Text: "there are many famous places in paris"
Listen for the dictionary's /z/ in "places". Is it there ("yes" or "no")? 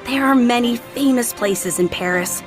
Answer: yes